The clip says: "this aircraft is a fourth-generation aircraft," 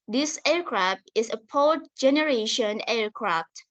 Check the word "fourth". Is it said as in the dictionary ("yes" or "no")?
no